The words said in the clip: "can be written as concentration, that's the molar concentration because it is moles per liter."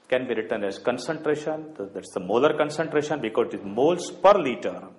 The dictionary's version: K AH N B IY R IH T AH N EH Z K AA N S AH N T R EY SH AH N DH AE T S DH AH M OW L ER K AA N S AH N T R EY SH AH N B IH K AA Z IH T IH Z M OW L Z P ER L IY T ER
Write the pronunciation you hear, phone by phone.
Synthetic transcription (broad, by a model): K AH N B IY R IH T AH N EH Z K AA N S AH N T R EY SH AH N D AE T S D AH M OW L ER K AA N S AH N T R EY SH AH N B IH K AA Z IH T IH Z M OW L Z P ER L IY T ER